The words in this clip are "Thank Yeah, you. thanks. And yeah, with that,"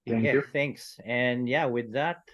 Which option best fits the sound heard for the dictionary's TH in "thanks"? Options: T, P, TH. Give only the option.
TH